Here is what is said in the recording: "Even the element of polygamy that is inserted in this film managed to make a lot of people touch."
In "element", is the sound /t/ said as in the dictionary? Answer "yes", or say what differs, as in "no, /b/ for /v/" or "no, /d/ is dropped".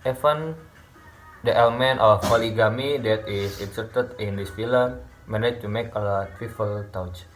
yes